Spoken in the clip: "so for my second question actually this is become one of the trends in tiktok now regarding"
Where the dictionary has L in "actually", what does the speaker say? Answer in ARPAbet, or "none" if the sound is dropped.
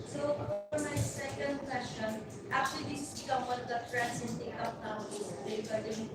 none